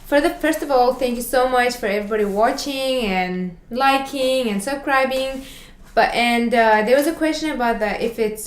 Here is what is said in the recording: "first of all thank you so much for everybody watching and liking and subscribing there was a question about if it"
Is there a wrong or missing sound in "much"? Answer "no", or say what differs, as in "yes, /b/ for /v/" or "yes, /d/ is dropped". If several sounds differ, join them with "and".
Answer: no